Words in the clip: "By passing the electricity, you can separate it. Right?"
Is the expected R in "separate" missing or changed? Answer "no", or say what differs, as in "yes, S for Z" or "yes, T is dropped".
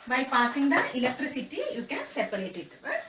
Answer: yes, R is dropped